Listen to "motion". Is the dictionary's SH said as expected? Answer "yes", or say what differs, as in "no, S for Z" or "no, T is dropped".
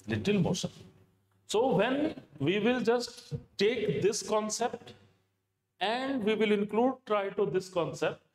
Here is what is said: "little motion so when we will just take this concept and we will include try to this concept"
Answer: no, S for SH